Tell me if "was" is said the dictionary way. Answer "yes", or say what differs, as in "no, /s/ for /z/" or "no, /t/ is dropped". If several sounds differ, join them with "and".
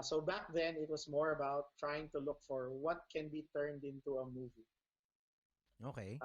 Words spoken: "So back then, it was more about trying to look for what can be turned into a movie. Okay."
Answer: no, /s/ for /z/